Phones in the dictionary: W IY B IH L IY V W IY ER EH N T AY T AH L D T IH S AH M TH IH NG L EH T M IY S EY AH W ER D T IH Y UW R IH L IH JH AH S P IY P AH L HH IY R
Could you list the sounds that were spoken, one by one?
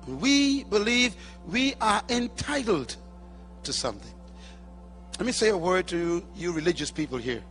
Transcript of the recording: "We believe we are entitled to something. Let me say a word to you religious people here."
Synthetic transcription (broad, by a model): W IY B IH L IY V W IY ER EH N T AY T L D T IH S AH M TH IH NG L EH T M IY S EY AH W ER D T IH Y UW R IH L IH JH AH S P IY P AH L HH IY R